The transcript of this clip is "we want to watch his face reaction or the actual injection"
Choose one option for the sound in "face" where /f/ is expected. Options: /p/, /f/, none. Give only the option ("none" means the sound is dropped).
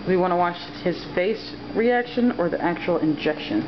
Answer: /f/